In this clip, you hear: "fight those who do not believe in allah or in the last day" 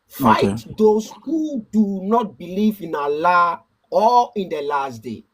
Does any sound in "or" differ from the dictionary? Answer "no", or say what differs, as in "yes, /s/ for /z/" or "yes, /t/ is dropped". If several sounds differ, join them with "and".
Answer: yes, /l/ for /ɹ/